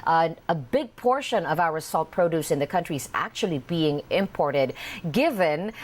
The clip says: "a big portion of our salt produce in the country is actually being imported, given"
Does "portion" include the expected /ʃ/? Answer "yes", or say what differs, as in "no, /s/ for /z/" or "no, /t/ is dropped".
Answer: yes